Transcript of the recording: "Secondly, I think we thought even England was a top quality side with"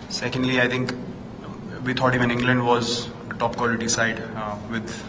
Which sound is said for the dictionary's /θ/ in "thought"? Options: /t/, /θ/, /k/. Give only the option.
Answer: /t/